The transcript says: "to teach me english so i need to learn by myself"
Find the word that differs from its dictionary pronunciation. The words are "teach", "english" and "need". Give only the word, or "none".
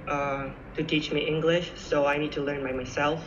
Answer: none